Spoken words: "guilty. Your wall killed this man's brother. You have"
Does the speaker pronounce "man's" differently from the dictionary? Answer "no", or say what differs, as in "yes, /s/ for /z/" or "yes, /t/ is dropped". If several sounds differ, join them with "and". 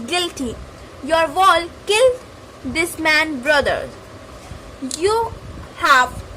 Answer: yes, /z/ is dropped